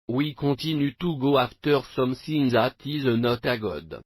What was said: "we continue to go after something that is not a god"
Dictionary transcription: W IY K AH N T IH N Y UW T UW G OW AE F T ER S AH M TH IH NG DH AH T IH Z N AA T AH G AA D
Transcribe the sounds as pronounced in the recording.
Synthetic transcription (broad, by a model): W IY K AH T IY N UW T UW G OW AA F T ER S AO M S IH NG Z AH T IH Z N AA T AH G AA D